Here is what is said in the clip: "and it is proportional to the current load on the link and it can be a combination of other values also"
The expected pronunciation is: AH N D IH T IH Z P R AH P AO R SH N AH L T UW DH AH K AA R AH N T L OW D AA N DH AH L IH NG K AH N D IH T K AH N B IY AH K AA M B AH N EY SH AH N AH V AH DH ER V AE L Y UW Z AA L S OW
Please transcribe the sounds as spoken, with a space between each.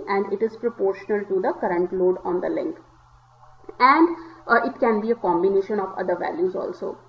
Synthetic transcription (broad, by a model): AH N D IH T IH Z P R AH P AO R SH N AH L T UW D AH K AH R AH N T L OW D AA N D AH L IH NG K AH N D IH T K AH N B IY AH K AA M B AH N EY SH AH N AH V AH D ER V AE L Y UW Z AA L S OW